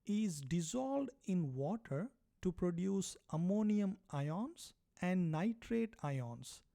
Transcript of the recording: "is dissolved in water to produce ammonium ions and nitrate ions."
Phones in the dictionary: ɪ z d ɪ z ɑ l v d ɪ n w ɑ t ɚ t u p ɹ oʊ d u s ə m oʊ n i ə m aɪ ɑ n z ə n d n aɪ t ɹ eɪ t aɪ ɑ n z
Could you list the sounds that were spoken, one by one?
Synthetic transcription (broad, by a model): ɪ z d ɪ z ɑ l d ɪ n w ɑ t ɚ t u p ɹ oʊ d u s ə m oʊ n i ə m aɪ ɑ n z ə n d n aɪ t ɹ eɪ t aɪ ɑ n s